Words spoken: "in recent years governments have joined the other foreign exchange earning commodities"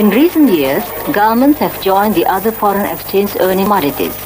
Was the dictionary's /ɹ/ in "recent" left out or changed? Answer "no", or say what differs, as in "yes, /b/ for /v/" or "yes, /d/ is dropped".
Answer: no